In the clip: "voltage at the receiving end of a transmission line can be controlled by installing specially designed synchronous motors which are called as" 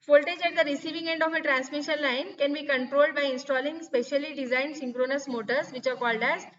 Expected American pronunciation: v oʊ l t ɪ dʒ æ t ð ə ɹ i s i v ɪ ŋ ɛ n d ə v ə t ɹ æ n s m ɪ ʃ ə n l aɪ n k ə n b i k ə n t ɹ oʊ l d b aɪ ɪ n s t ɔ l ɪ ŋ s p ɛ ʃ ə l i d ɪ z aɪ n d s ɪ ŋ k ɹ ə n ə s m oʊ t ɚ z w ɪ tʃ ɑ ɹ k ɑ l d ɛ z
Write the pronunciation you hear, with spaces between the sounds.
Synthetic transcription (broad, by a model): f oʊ l t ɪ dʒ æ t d ə ɹ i s i v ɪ ŋ ɛ n d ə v ə t ɹ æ n s m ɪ ʃ ə n l aɪ n k ə n b i k ə n t ɹ oʊ l d b aɪ ɪ n s t ɔ l ɪ ŋ s p ɛ ʃ ə l i d ɪ z aɪ n d s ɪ ŋ k ɹ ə n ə s m oʊ t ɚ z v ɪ tʃ ɑ ɹ k ɑ l d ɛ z